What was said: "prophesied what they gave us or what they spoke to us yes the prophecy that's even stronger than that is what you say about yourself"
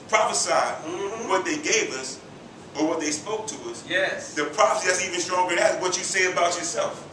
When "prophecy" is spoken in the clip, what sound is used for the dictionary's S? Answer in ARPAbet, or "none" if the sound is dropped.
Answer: S